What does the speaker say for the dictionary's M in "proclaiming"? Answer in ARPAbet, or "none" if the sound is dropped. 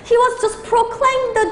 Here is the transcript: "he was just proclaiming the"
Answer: none